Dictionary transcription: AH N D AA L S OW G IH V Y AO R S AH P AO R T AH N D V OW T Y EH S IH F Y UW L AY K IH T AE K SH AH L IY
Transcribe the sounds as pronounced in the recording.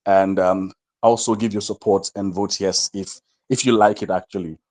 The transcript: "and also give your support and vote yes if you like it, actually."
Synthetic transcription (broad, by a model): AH N D AA L S OW G IH V Y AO S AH P AO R T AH N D V OW T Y EH S IH F Y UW L AY K IH T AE K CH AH L IY